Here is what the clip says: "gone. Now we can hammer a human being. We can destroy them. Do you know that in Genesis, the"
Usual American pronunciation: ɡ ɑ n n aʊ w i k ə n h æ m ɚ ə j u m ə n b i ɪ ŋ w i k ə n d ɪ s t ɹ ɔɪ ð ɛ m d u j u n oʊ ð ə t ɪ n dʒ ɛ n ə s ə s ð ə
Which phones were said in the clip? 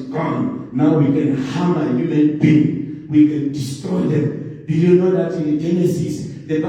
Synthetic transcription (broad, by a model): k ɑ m n aʊ w i k ə n h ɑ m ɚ ə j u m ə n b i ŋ w i k ə n d ɪ s t ɹ ɔɪ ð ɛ m d u j u n oʊ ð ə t ɪ n dʒ ɛ n ə s ə s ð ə